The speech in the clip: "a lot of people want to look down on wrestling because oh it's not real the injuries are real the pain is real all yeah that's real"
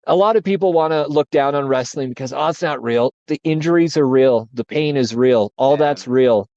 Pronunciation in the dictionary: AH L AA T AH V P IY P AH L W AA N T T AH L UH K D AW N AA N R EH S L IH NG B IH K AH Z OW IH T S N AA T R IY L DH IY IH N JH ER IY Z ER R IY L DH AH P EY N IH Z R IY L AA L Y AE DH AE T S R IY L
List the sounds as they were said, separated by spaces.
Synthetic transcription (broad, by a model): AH L AA T AH V P IY P L W AA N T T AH L UH K D AW N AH N R EH S L IH NG B IH K AH Z OW IH T S N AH T R IY L DH IY IH N JH ER IY Z ER R IY L DH AH P EY N IH Z R IY L AA L DH AE T S R IY L